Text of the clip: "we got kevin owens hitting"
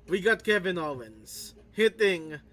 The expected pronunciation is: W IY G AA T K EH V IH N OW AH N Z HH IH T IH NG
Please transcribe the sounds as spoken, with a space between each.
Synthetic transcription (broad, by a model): W IY G AA T K EH V IH N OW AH N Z HH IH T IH NG